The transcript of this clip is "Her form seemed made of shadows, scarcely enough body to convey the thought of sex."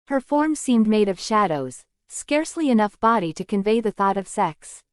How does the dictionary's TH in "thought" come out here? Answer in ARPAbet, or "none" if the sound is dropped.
TH